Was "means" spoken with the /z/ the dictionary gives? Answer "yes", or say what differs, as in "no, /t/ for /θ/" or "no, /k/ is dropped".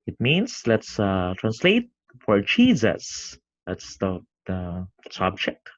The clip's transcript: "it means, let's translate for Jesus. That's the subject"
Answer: no, /s/ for /z/